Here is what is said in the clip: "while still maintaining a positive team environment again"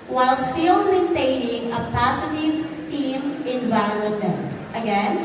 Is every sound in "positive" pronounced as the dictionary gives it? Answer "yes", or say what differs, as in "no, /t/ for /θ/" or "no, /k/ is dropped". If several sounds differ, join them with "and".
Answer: no, /s/ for /z/